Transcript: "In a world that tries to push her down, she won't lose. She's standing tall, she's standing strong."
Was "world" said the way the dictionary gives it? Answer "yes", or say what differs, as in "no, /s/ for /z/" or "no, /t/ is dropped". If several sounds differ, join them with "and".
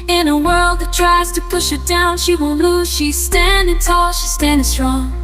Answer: yes